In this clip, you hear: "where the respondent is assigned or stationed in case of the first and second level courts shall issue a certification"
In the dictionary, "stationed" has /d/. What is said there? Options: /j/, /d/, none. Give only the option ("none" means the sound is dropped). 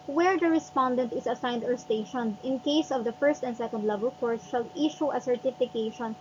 none